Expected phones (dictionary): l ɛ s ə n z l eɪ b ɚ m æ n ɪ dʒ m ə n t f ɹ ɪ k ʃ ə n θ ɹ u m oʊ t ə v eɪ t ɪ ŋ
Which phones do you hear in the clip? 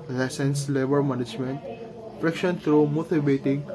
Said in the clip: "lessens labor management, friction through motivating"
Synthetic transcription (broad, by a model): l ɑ s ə n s l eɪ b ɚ m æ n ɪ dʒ m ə n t p ɹ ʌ k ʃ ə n t ɹ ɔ m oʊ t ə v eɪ t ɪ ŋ